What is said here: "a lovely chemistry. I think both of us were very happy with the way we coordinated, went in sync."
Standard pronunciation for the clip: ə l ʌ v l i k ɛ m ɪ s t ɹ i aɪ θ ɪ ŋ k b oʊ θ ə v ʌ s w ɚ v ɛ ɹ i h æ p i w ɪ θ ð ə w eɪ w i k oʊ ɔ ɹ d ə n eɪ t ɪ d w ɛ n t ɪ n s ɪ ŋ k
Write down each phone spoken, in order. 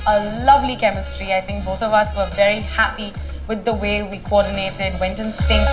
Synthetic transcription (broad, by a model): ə l ʌ v l i k ɛ m ɪ s t ɹ i aɪ θ ɪ ŋ k b oʊ θ ə v ʌ s w ɚ v ɛ ɹ i h æ p i w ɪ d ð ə w eɪ w i k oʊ ɔ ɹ d n eɪ t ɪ d w ɛ n t ɪ n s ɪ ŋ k